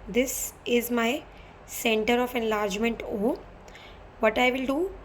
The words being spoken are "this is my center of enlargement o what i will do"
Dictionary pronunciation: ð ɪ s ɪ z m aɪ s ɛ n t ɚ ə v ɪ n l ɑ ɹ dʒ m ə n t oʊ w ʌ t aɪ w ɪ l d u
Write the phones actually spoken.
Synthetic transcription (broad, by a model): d ɪ s ɪ z m aɪ s ɛ n t ɚ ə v ɪ n l ɑ ɹ dʒ m ə n t oʊ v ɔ t aɪ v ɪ l d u